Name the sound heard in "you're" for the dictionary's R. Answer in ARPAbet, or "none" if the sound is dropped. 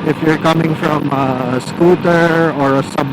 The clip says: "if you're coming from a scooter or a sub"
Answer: R